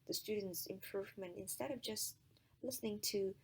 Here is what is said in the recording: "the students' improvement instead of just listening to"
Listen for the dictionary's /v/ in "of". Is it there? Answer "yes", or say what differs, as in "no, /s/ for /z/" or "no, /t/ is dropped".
yes